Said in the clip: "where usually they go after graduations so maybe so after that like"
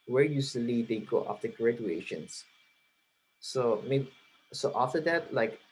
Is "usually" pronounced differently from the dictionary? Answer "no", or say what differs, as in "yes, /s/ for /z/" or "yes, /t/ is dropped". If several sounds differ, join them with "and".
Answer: yes, /s/ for /ʒ/